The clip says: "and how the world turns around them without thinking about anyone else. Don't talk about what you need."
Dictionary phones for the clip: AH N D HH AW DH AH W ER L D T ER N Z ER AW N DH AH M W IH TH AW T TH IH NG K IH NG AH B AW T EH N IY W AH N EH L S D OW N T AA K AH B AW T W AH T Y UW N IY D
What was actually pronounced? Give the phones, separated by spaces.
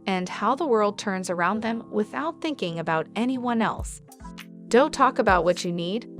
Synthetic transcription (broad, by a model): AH N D HH AW DH AH W ER L D T ER N Z ER AW N DH AH M W IH TH AW T TH IH NG K IH NG AH B AW T EH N IY W AH N EH L S D OW N T AA K AH B AW T W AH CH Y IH N IY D